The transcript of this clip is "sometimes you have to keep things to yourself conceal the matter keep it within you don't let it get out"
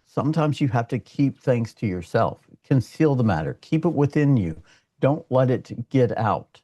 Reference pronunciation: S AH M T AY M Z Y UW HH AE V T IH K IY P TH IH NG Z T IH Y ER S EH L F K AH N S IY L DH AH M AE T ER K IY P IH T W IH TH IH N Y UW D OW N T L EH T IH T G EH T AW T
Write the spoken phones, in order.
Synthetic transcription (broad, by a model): S AH M T AY M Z Y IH HH AE F T IH K IY P TH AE NG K T IH Y ER S EH L F K AH N S IY L DH AH M AE T ER K IY P IH T W IH TH IH N Y UW D OW N T L EH T IH T G EH T AW T